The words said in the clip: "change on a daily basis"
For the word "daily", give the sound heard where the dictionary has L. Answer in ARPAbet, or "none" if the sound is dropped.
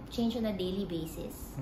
L